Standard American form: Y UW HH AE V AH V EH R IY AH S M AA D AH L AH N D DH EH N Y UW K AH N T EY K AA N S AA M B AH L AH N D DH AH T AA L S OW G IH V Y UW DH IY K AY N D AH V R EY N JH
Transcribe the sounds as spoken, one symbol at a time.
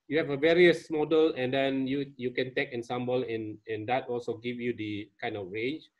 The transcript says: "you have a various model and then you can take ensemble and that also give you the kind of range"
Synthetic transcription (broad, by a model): Y UW HH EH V AH V EH R IY AH S M AA D AH L AH N D EH N Y UW K AH N T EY K AA N S AA M B AH L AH N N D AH T AA L S OW G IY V Y UW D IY K AY N D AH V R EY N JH